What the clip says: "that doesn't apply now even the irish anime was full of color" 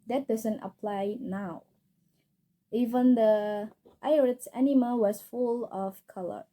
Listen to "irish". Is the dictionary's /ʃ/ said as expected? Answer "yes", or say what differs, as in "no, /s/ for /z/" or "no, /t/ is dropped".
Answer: no, /s/ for /ʃ/